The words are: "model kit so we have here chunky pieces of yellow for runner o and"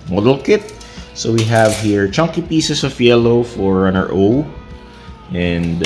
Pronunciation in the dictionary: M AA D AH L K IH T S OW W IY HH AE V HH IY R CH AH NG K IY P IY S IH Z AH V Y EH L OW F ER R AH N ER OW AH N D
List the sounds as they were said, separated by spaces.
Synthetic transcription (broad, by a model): M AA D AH L K IH T S OW W IY HH AE V HH IY R CH AH NG K IY P IY S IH S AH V Y EH L OW F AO R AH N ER OW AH N D